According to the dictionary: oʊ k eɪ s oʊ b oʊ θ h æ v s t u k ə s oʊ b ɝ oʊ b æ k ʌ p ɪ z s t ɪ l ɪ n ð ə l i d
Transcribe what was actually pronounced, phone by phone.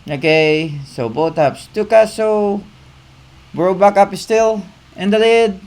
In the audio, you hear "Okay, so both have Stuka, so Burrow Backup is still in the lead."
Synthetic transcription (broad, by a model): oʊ k eɪ s oʊ b oʊ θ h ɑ p s t u k ə s oʊ b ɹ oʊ b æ k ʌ p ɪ s t ɪ l ɪ n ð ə l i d